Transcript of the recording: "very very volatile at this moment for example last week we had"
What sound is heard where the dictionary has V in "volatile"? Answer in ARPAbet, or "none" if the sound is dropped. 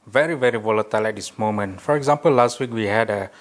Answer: V